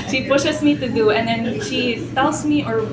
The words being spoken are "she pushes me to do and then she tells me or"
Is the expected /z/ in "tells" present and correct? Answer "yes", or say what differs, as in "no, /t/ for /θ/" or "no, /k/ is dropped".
no, /s/ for /z/